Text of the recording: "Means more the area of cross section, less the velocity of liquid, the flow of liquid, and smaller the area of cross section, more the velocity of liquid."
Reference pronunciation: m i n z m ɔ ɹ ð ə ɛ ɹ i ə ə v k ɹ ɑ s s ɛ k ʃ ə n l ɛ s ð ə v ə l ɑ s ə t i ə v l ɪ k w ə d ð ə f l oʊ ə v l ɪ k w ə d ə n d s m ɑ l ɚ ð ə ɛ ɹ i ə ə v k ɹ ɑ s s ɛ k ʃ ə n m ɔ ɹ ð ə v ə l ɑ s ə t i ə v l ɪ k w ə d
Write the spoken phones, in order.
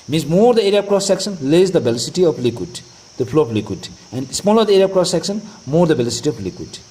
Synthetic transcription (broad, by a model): m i n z m ɔ ɹ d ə ɛ ɹ i ə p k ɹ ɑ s s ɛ k s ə n l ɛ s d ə b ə l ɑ s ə t i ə p l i k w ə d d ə p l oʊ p l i k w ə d ə n d s m ɑ l ɚ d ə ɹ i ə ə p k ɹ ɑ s s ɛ k s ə n m ɔ ɹ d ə b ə l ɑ s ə t i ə p l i k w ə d